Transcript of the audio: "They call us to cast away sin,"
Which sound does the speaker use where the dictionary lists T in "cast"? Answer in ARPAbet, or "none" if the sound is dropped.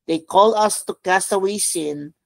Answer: none